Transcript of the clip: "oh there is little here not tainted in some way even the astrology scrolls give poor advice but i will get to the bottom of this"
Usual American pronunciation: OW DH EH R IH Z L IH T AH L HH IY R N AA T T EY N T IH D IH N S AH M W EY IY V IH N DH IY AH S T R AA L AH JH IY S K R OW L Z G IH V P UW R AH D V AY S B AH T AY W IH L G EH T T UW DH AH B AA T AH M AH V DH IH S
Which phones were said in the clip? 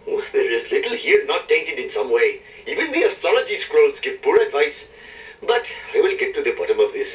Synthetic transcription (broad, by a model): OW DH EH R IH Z L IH T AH L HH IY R N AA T T EY N T IH D IH N S AH M W EY IY V IH N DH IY AH S T R AA L AH JH IY S K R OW L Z G IH V P UW R AH D V AY S B AH T AY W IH L G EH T T UW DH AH B AA T AH M AH V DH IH S